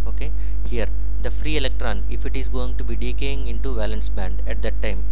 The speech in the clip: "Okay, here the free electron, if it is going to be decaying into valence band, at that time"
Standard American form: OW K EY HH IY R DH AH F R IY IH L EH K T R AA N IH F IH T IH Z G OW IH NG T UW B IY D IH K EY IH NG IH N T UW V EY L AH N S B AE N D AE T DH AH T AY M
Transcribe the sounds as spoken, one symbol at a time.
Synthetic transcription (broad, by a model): OW K EY HH IY R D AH F R IY IH L EH K T R AA N IH F IH T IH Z G OW IH NG T UW B IY D IH K EY IH NG IH N T UW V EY L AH N S B AE N D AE T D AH T AY M